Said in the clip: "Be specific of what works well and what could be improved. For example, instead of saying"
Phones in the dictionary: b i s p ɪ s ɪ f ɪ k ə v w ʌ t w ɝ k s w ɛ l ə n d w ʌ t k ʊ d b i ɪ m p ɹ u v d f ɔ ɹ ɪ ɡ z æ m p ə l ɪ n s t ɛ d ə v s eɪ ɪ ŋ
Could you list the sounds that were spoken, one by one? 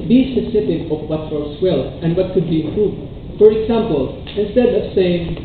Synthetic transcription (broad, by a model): b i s ɪ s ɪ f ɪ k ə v w ʌ t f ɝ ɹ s w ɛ l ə n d w ʌ t k ʊ d b i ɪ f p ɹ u d f ɔ ɹ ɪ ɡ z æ m p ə l ɪ n s t ɛ d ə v s eɪ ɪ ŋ